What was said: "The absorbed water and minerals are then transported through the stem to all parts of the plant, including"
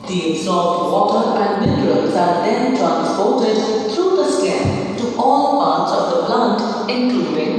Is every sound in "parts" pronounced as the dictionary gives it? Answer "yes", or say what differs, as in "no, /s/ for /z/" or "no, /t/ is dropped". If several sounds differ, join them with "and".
yes